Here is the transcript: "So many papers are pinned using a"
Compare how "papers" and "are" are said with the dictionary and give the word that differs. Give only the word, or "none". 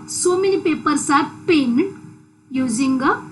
papers